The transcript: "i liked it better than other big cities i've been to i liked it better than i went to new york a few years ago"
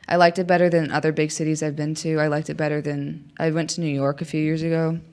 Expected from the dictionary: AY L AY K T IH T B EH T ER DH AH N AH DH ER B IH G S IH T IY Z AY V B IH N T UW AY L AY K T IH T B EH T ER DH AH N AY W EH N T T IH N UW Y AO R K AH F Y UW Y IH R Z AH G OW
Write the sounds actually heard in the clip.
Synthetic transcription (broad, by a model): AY L AY K T IH T B EH T ER DH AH N AH DH ER B IH G S IH T IY Z AY V B IH N T UW AY L AY K T IH T B EH T ER DH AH N AY W EH N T T IH N UW Y AO R K AH F Y UW Y IH R Z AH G OW